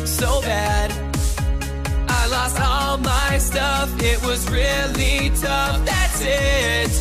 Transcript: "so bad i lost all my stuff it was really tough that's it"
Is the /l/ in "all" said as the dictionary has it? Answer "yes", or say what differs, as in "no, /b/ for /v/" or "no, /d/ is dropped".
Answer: yes